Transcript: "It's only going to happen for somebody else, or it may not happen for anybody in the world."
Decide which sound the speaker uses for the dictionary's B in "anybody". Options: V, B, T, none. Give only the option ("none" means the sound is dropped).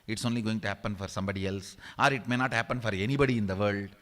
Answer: B